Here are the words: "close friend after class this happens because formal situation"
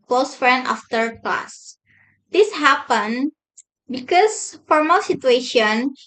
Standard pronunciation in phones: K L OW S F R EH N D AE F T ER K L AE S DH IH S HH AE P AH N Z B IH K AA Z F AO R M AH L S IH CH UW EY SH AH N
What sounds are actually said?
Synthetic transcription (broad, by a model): K L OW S F R EH N D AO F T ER K L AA S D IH S HH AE P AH N B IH K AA S F AO R M AH L S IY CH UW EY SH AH N